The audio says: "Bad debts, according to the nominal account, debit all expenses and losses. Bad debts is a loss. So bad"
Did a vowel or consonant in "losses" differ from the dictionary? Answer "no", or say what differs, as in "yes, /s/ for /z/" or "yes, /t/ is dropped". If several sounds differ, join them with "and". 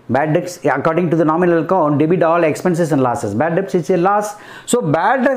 yes, /s/ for /z/